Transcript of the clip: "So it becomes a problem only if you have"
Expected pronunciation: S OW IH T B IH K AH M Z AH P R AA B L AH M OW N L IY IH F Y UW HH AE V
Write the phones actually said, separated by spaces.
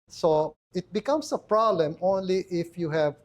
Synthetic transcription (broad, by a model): S OW IH T B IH K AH M S AH P R AA B L AH M OW N L IY IH F Y UW HH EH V